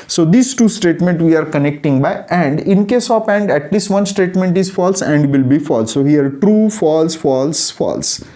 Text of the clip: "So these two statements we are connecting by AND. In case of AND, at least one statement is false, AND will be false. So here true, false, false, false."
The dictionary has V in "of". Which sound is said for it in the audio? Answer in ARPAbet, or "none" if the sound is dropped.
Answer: P